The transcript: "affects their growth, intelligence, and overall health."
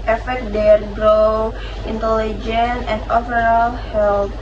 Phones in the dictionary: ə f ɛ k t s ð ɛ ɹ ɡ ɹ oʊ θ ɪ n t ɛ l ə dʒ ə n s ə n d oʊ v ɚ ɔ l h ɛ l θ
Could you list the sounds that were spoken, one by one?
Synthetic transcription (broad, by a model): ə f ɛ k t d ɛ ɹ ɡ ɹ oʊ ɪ n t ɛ l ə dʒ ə n ə n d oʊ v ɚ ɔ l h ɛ l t